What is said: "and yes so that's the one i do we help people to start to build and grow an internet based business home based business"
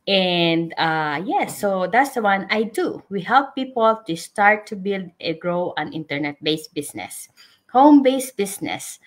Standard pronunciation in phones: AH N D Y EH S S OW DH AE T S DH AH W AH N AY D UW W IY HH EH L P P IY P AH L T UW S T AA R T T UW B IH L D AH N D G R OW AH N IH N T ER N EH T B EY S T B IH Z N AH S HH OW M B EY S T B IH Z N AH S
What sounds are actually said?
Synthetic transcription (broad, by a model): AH N D Y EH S S OW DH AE T S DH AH W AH N AY D UW W IY HH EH L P P IY P AH L T UW S T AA R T T UW B IH L D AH G R OW AH N IH N T ER N EH T B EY S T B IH S N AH S HH OW M B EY S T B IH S N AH S